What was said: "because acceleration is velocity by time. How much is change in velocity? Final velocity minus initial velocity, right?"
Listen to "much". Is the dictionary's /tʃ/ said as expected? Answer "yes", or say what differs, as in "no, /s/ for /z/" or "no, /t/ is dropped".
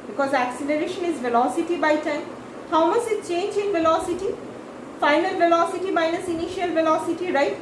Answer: no, /s/ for /tʃ/